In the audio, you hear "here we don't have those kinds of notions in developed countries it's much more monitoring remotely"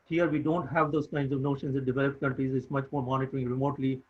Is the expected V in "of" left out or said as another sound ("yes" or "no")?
no